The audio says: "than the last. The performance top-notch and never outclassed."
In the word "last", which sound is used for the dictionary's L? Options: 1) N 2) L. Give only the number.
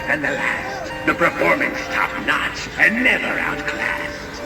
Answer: 2